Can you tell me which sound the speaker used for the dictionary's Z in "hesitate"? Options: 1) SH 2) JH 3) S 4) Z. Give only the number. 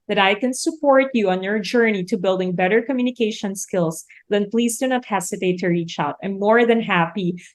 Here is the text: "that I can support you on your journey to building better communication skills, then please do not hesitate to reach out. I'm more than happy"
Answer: 3